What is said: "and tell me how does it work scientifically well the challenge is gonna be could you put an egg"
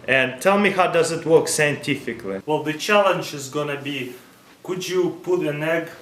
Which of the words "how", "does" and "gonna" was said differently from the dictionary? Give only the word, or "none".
none